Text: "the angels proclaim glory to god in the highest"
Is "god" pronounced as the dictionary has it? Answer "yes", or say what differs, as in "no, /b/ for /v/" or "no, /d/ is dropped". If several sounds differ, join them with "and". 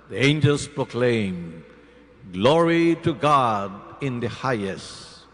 yes